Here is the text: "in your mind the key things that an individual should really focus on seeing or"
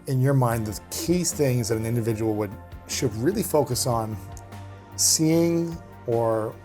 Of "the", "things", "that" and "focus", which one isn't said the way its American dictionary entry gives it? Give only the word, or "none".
none